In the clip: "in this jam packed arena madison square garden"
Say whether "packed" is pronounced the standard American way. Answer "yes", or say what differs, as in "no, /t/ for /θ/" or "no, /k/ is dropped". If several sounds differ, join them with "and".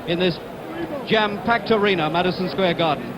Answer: yes